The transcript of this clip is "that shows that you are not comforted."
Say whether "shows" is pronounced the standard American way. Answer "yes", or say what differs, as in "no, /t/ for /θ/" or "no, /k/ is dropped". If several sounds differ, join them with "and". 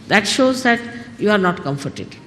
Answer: yes